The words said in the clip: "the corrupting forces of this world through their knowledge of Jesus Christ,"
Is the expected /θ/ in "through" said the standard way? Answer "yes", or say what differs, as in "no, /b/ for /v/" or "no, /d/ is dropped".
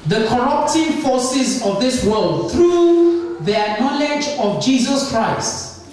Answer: no, /t/ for /θ/